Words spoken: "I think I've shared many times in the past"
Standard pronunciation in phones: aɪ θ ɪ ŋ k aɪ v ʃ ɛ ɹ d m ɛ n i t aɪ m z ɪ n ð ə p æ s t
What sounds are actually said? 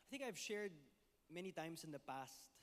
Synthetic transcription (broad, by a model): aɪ θ ɪ ŋ k aɪ v ʃ ɛ ɹ d m ɛ n i t aɪ m s ɪ n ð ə p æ s t